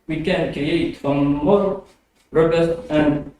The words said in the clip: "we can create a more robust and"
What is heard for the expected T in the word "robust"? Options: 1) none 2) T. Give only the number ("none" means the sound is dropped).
1